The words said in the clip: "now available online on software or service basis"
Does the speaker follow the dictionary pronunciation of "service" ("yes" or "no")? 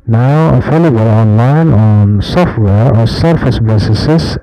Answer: no